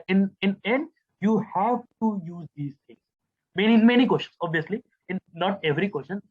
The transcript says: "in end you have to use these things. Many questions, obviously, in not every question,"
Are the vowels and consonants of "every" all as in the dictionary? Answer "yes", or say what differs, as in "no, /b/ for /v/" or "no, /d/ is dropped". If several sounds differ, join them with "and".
yes